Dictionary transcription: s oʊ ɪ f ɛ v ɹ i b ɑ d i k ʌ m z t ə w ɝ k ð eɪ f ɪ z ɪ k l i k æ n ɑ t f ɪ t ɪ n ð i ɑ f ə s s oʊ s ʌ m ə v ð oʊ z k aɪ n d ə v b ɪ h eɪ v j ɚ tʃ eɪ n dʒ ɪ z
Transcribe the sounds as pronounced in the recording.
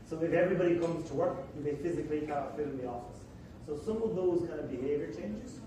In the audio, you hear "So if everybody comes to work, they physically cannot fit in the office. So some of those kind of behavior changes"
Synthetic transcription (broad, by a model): s oʊ ɪ f ɛ v ɹ i b ɑ d i k ʌ m z t ə w ɝ k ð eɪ f ɪ z ɪ k l i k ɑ ɑ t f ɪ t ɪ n ð i ɑ f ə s s oʊ s ʌ m ə v ð oʊ z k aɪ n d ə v b ɪ h eɪ v j ɚ tʃ eɪ n dʒ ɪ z